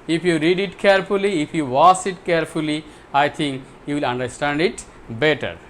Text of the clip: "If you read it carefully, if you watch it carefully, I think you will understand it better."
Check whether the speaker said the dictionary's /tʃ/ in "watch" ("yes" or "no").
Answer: no